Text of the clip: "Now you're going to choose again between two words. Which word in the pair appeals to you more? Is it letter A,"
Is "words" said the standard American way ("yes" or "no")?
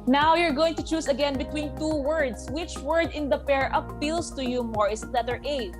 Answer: no